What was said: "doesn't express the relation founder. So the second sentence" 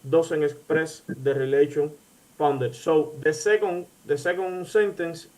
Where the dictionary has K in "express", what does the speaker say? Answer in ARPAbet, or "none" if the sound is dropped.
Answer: none